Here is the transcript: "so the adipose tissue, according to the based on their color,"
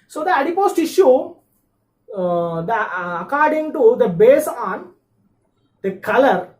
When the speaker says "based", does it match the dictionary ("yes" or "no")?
no